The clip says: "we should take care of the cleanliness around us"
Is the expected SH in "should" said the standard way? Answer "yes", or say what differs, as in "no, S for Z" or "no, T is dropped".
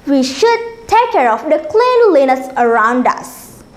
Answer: yes